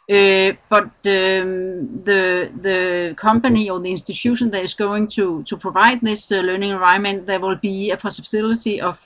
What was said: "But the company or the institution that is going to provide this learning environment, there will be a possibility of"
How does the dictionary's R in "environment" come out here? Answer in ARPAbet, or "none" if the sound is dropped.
none